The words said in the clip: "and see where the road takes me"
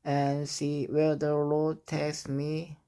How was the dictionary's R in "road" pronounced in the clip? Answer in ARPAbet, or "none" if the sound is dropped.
L